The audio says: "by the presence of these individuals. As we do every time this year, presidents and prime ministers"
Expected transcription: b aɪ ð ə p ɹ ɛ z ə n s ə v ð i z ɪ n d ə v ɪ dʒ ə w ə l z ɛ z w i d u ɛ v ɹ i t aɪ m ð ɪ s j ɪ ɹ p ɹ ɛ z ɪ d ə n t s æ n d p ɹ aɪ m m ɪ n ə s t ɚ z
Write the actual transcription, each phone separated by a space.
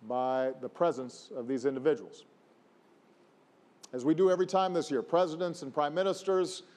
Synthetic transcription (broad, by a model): b aɪ ð ə p ɹ ɛ z ə n s ə v ð i z ɪ n d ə v ɪ dʒ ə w l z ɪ z w i d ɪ ɛ v ɹ i t aɪ m ð ɪ s j ɪ ɹ p ɹ ɛ z ɪ d ə n t s n p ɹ aɪ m m ɪ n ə s t ɚ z